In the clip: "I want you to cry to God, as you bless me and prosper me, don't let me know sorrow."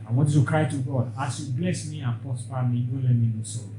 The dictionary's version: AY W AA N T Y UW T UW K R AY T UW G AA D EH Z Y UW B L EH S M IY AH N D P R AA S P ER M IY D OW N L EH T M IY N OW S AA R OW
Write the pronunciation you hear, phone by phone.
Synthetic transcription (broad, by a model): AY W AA T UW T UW K R AY T UW G AA D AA S Y UW B L EH S M IY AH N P AA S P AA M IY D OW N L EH M IY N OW S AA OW